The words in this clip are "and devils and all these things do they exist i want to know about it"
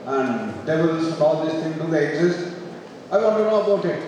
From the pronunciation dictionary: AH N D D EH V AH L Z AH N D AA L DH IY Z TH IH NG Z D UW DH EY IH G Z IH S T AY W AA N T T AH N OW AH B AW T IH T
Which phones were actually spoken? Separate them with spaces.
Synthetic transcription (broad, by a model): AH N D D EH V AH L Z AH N AA L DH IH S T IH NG D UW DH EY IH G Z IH S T AY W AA N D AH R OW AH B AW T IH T